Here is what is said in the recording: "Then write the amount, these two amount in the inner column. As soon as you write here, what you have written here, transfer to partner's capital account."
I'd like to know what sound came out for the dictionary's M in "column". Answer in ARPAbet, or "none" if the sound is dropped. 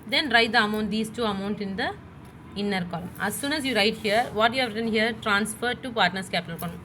M